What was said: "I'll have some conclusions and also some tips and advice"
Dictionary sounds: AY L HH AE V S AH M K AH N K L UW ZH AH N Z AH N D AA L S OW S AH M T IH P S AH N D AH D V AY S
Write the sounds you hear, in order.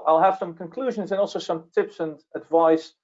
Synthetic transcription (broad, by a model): AY L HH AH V S AH M K AH N K L UW ZH AH N Z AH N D AA L S OW S AH M T IH P S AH N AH D V AY S